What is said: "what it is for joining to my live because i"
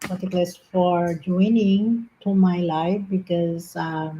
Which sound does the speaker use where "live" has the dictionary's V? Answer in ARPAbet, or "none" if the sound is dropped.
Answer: F